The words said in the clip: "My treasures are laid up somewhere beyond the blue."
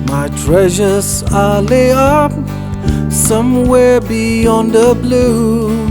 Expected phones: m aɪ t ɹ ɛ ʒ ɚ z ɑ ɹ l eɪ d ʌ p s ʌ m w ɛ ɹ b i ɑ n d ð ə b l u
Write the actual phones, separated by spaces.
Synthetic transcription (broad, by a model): m aɪ t ɹ ɛ ʒ ɚ z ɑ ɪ l eɪ ʌ p s ʌ m w ɛ ɹ b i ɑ n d ð ə b l u